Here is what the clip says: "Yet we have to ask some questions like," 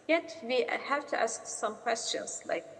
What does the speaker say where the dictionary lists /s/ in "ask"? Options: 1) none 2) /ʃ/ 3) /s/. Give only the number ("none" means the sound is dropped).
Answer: 3